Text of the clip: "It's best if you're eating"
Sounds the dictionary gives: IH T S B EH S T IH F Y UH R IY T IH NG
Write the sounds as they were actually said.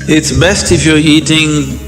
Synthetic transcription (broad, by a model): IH T S B EH S T IH F Y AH R IY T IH NG